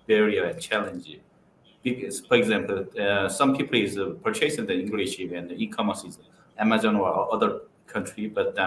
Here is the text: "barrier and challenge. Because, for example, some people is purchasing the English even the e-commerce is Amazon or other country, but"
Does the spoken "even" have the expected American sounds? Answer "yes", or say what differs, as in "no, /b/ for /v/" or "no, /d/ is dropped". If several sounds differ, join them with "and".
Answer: no, /p/ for /v/